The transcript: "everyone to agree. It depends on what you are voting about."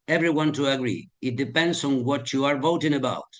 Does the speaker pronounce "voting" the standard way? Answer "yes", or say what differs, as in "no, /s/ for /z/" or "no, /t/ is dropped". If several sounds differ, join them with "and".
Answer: yes